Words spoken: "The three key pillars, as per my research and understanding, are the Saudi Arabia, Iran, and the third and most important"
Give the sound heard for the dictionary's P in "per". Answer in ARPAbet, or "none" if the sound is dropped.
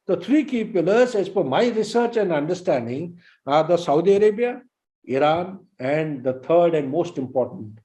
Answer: F